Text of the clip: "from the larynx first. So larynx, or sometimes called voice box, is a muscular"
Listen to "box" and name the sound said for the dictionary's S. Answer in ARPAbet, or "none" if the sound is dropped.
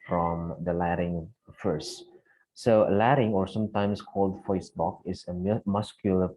none